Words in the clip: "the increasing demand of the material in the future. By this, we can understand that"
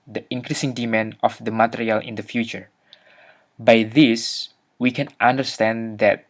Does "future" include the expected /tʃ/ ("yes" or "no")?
yes